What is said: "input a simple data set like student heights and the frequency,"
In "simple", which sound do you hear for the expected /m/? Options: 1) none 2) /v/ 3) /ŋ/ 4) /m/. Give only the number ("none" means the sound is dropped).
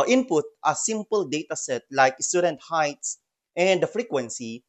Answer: 4